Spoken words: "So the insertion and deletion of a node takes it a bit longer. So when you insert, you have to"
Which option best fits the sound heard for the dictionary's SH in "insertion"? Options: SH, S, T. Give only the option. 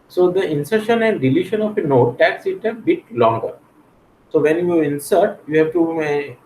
SH